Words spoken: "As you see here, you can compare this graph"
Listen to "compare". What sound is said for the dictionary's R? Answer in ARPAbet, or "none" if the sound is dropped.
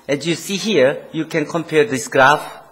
R